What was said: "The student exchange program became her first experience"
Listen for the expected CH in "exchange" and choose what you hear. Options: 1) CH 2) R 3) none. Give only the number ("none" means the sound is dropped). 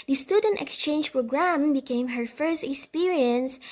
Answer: 1